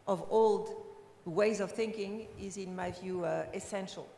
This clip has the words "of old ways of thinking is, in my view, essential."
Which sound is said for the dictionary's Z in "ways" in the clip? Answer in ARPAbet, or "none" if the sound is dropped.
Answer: Z